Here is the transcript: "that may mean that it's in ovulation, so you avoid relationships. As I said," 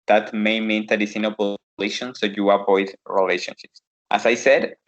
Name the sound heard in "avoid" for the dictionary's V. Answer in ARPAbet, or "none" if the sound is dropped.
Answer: P